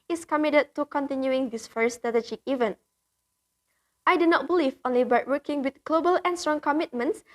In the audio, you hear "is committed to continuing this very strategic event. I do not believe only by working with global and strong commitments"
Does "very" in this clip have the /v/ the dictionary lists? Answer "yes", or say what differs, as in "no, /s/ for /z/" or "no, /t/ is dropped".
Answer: no, /f/ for /v/